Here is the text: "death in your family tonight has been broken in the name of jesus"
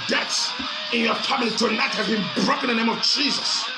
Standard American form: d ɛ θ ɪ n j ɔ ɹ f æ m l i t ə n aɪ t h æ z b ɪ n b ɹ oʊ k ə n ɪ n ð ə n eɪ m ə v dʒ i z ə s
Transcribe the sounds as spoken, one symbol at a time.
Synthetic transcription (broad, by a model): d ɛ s ɪ n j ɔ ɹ f æ m l i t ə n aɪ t h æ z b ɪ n b ɹ oʊ k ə ɪ n ð ə n eɪ m ə v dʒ i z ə s